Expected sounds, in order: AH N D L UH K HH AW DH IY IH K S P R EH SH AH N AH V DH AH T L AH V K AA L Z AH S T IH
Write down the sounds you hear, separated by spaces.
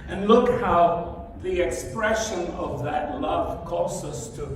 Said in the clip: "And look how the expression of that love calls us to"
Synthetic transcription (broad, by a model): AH N L UH K HH AW DH IY IH K S P R EH SH AH N AH V DH AH T L AH V K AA Z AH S T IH